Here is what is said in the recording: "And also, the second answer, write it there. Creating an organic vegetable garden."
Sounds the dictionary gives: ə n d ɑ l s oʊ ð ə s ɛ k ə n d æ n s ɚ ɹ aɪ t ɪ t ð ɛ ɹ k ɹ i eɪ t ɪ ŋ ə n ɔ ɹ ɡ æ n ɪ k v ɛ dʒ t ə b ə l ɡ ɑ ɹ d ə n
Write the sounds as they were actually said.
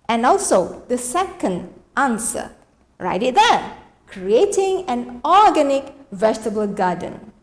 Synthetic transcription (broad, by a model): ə n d ɑ l s oʊ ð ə s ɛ k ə n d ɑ n s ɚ ɹ aɪ t ɪ t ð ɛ k ɹ i eɪ t ɪ ŋ ə n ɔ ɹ ɡ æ n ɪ k v ɛ dʒ t ə b ə l ɡ ɑ d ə n